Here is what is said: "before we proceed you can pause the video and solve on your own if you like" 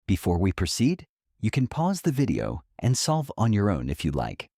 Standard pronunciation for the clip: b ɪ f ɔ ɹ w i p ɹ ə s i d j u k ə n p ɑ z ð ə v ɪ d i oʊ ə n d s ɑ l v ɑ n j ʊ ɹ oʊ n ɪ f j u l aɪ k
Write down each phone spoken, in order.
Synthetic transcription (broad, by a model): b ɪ f ɔ ɹ w i p ɹ ə s i d j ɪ k ə n p ɑ z ð ə v ɪ d i oʊ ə n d s ɑ l v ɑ n j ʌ ɹ oʊ n ɪ f j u l aɪ k